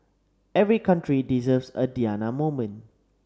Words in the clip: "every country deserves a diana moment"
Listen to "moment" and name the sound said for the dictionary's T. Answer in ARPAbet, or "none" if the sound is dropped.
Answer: none